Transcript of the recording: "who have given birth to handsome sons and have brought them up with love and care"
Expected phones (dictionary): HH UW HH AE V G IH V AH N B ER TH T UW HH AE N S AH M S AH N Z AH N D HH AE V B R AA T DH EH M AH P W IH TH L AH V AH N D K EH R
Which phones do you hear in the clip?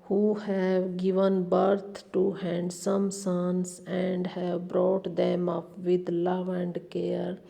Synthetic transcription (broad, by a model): HH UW HH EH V G IH V AH N B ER T T UW HH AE N S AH M S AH N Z AH N D HH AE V B R AA T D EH M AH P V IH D L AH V AH N D K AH R